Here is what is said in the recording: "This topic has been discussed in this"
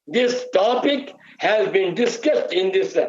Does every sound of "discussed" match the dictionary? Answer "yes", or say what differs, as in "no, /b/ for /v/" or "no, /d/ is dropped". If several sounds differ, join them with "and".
yes